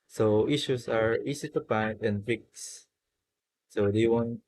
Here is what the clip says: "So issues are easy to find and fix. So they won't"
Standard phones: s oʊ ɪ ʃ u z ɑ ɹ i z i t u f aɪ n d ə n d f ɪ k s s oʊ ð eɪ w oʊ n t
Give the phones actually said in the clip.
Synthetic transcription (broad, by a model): s oʊ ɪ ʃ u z ɑ ɹ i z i t u p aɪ d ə n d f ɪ k s s oʊ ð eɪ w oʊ n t